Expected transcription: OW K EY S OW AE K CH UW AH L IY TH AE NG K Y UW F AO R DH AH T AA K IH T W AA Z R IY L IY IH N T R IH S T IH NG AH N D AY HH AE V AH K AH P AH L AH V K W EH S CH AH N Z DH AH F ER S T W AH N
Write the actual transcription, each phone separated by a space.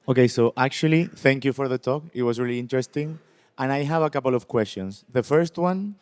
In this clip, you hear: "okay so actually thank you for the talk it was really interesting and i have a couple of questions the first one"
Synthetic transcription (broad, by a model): OW K EY S OW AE K CH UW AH L IY TH AE NG K Y UW F AO R DH AH T AA K IH T W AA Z R IY L IY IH N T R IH S T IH NG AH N AY HH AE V AH K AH P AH L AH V K W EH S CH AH N S DH AH F ER S T W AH N